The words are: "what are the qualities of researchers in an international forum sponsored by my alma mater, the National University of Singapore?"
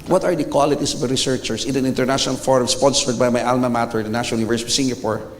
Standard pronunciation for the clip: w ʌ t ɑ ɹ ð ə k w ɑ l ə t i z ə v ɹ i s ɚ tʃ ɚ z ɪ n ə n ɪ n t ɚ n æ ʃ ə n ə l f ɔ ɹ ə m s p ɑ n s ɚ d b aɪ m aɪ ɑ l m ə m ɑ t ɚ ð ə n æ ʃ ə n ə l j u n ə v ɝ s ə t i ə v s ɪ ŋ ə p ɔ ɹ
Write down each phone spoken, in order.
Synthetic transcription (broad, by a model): w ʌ t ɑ ɹ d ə k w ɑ l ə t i s ə v ɹ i s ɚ tʃ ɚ s ɪ n ə n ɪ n t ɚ n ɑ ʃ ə n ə l f ɔ ɹ ə m s p ɑ n s ɚ d b aɪ m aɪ ɑ l m ə m ɑ t ɚ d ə n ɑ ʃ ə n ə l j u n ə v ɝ s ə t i s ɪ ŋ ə p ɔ ɹ